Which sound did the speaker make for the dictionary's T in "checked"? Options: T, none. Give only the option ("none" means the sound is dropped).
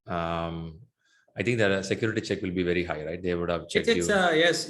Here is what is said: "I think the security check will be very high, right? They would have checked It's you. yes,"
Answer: none